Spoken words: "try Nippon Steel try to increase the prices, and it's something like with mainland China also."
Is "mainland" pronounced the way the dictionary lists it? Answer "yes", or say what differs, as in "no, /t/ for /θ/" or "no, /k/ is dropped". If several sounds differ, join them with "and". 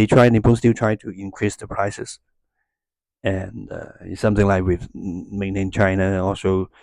no, /l/ is dropped